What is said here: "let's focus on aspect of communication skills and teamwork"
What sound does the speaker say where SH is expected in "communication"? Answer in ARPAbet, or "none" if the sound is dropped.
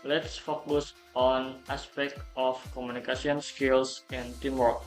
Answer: S